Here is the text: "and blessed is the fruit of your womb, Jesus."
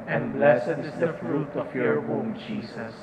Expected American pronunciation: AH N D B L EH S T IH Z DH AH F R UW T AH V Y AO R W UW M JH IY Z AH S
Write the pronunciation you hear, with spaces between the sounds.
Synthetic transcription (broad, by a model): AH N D B L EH S IH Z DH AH F R UW T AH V Y AO R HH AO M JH IY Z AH S